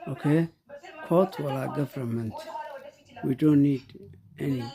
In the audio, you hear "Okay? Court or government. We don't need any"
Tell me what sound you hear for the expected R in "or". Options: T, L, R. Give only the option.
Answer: L